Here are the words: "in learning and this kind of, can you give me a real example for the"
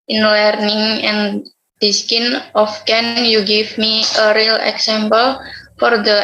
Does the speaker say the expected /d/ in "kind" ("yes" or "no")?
no